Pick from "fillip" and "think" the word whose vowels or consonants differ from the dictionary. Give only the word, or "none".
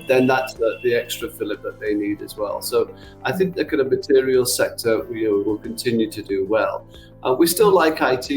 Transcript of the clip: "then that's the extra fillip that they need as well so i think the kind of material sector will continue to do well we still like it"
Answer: none